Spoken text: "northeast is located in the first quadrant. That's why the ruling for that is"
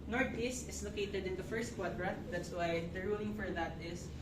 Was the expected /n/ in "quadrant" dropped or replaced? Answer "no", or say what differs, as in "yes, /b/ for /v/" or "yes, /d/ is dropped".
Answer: yes, /n/ is dropped